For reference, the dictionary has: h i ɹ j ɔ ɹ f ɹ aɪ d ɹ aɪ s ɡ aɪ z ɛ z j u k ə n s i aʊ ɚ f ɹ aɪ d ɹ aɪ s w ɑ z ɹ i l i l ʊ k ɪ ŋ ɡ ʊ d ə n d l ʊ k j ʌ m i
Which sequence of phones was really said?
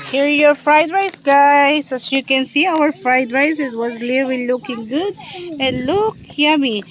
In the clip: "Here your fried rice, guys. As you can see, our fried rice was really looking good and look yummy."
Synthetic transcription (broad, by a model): h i ɹ j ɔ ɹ f ɹ aɪ d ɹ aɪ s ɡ aɪ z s j u k ə n s i aʊ ɚ f ɹ aɪ d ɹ aɪ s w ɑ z l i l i l ʊ k ɪ ŋ ɡ ʊ d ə n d l ʊ k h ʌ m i